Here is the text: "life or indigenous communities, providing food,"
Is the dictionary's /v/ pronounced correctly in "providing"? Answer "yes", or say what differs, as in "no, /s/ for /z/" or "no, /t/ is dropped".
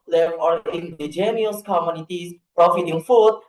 no, /f/ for /v/